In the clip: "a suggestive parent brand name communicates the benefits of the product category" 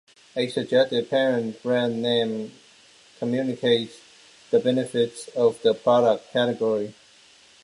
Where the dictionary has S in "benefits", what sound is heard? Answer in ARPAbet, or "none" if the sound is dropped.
S